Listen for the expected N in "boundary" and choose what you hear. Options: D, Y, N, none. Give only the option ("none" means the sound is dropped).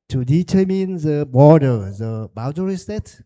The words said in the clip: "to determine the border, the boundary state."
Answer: none